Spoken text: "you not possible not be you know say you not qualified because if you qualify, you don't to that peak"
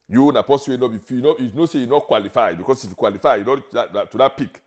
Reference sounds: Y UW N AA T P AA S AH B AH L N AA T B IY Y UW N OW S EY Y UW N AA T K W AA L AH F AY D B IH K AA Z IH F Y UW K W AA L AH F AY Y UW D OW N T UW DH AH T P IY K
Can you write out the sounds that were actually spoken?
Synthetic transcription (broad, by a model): Y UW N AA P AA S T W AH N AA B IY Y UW N OW S EY Y UW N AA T K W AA L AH F AY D B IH K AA S IH F Y UW K W AA L AH F AY Y UW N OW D T UW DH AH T P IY K